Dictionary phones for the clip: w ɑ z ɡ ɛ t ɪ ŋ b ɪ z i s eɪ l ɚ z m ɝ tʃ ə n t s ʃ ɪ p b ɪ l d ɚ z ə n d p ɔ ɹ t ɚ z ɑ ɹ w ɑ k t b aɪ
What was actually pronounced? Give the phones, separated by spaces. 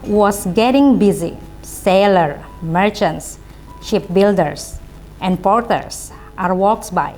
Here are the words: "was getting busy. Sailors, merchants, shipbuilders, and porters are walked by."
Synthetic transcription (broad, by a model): w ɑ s ɡ ɛ t ɪ ŋ b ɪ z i s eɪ l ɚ m ɝ tʃ ə n t s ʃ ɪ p b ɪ l d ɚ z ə n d p ɔ ɹ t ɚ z ɑ ɹ w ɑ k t b aɪ